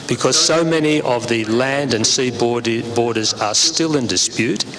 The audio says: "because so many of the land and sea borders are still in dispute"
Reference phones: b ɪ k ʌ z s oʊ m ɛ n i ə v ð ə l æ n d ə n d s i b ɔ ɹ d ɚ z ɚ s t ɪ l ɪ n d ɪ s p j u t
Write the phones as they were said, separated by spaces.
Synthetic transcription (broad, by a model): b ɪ k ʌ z s oʊ m ɛ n i ə v ð ə l æ n d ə n s i b ɔ ɹ d ɚ z ɚ s t ɪ l ɪ n d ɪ s p j u t